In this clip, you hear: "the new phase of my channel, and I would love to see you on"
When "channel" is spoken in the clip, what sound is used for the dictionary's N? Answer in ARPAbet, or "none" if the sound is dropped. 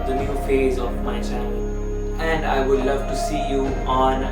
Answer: none